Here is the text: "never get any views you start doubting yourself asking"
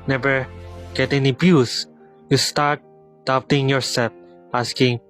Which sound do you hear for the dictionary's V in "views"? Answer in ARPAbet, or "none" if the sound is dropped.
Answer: B